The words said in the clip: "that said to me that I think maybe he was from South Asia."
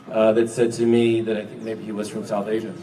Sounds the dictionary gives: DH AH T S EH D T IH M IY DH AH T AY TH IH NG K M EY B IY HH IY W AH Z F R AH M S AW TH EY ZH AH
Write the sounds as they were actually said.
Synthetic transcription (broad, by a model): DH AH T S EH D T IH M IY DH AH T AY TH IH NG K M EY B IY HH IY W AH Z F R AH M S AW TH EY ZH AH